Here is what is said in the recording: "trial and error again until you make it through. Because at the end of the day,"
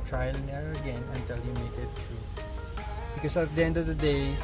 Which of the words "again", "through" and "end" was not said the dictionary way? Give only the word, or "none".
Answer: through